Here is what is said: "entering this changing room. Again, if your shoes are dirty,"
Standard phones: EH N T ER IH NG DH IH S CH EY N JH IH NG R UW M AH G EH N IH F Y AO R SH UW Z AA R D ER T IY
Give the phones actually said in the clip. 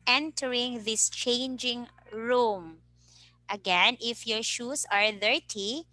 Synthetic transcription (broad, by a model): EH N T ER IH NG DH IH S CH EY N JH IH NG R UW M AH G EH N IH F Y AO R SH UW S AA R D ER T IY